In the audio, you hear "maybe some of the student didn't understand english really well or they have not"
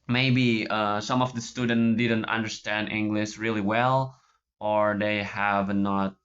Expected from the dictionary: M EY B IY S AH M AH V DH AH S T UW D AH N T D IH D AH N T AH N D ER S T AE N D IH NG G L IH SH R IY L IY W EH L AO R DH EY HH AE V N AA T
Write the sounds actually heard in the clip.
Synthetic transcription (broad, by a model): M EY B IY S AH M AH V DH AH S T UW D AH N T D IH D AH N T AH N D ER S T AE N D IH NG G L IH SH R IY L IY W EH L AO R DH EY HH AE V N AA T